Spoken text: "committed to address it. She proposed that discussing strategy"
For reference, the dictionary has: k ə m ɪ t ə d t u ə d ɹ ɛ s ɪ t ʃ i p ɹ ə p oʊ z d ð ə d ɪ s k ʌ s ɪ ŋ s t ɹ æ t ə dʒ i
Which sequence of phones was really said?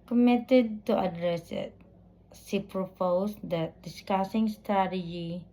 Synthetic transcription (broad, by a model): k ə m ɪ t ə d t u ə d ɹ ɛ s ɪ t s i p ɹ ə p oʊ s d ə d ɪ s k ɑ s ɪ ŋ s t ɹ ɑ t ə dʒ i